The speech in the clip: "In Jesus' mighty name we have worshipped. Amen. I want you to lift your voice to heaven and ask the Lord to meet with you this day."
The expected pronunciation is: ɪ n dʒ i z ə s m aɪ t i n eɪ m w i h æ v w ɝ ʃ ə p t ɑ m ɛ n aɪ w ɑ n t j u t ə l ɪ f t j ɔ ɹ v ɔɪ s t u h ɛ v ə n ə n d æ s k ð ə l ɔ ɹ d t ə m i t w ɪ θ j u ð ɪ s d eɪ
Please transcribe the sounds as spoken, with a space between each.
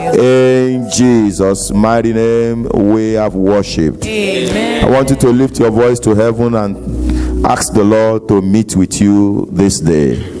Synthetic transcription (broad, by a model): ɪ n dʒ i z ə s m aɪ t i n eɪ m w i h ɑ v w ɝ ʃ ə p t ɑ ɪ w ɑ n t j u t ə l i f t j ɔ v ɔɪ s t u h ɛ v ə n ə n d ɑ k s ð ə l ɔ d t ə m i t w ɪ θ j u ð ɪ s d eɪ